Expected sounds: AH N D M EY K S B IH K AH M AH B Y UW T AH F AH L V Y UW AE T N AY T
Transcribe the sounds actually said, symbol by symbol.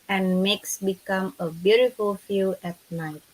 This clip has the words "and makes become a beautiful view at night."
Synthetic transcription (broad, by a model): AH N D M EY K S B IH K AH M AH B Y UW T AH F AH L F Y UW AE T N AY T